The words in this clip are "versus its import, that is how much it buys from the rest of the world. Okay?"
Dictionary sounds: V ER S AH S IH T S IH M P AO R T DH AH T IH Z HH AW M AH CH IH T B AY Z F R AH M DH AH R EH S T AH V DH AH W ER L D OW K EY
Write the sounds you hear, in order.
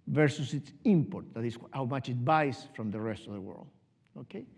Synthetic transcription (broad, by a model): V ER S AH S IH T S IH M P AO R T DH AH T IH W HH AW M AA CH IH T B AY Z F R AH M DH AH R EH S T AH V DH AH W ER L D OW K EY